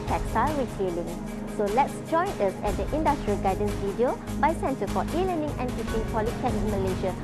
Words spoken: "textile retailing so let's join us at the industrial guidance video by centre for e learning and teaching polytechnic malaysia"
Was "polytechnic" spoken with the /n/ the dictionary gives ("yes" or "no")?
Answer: no